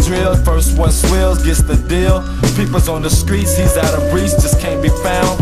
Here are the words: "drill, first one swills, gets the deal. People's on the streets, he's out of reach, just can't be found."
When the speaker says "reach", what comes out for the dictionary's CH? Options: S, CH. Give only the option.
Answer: S